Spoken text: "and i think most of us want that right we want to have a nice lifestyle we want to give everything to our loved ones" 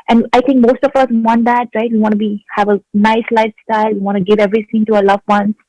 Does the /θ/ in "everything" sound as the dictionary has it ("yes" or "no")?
no